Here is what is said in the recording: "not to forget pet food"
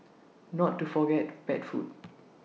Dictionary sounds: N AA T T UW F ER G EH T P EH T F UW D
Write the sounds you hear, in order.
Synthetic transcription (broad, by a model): N AA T T UW F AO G EH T B EH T F UW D